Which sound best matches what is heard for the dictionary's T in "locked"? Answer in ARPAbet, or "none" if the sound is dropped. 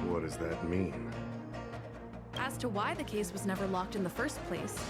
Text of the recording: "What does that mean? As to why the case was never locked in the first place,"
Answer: T